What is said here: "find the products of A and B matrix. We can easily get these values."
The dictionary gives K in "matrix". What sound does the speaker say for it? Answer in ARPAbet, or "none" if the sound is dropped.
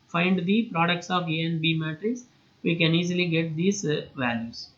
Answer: none